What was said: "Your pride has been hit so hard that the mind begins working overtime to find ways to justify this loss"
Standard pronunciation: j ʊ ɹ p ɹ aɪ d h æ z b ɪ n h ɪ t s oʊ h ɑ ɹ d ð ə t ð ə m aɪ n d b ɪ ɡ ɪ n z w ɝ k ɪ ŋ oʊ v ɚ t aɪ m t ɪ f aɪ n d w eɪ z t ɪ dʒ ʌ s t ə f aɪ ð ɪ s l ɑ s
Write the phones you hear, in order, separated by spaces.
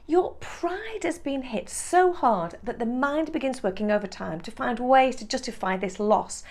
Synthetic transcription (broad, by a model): j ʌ ɹ p ɹ aɪ d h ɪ z b ɪ n h ɪ t s oʊ h ɑ ɹ d ð ə t ð ə m aɪ n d b ɪ ɡ ɪ n z w ɝ k ɪ ŋ oʊ v ɚ t aɪ m t ɪ f aɪ n d w eɪ z t ɪ dʒ ʌ s t ə f aɪ ð ɪ s l ɑ s